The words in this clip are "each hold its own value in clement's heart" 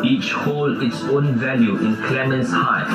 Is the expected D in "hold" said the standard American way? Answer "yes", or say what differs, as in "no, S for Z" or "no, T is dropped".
no, D is dropped